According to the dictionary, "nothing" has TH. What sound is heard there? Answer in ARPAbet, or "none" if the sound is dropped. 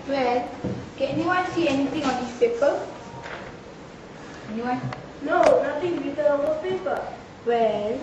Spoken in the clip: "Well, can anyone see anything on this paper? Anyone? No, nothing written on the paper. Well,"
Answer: T